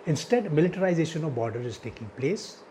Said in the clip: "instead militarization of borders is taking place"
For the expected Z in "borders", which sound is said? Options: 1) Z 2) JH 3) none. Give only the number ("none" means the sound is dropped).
3